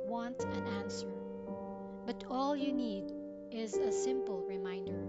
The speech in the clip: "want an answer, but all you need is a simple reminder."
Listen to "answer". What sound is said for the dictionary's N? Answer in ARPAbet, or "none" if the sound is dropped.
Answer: N